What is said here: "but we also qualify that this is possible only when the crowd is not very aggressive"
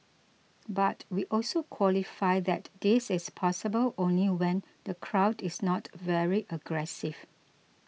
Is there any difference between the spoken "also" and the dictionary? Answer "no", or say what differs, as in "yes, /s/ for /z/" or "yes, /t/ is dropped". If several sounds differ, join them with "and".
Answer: no